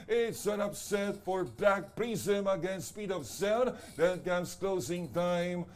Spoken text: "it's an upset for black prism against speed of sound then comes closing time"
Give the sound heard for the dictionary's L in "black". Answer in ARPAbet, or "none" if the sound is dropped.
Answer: none